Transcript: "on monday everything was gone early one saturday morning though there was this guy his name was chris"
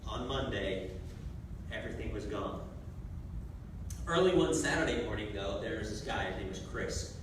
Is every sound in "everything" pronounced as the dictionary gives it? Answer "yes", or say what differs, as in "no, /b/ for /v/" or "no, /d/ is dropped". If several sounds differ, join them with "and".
yes